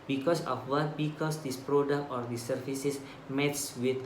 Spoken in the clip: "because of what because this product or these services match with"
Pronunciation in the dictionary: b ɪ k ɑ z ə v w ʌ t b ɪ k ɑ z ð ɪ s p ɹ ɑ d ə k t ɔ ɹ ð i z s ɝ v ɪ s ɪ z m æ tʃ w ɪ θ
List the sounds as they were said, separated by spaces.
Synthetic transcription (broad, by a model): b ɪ k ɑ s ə f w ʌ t b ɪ k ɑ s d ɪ s p ɹ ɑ d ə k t ɔ ɹ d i s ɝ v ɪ s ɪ s m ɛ s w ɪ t